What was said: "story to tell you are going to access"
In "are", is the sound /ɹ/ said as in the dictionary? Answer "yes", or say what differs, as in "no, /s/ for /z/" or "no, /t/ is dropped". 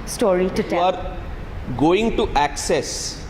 yes